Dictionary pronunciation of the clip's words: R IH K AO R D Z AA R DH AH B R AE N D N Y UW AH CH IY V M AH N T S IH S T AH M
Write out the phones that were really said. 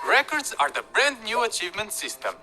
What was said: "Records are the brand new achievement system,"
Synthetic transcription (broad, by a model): R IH K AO R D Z AA R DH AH B R AE N D N Y UW AH CH IY V M AH N T S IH S T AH M